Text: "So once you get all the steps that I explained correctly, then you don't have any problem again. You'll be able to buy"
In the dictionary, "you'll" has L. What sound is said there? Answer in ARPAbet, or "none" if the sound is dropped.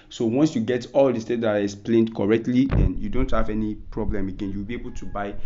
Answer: W